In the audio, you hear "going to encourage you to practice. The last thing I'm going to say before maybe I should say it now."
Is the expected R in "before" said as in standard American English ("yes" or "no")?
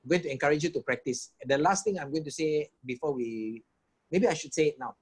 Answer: no